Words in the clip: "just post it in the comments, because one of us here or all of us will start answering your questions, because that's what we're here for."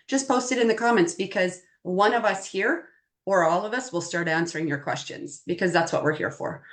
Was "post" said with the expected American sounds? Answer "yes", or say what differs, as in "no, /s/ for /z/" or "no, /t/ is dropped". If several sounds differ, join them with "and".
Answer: yes